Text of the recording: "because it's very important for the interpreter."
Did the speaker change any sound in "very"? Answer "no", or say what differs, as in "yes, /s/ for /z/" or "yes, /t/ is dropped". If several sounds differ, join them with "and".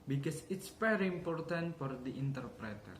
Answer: yes, /f/ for /v/